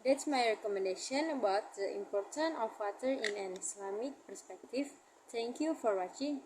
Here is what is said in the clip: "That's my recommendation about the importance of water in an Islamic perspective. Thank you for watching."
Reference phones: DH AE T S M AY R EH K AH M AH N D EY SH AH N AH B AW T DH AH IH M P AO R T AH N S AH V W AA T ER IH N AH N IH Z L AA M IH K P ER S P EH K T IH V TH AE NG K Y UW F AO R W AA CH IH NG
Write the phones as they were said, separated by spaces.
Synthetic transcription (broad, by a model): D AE T S M AY R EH K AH M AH N D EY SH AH N AH B AW T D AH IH M P AO R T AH N AH F W AA T ER IH N AH N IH S L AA M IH K P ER S P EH K T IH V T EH NG K Y UW F AO R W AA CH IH NG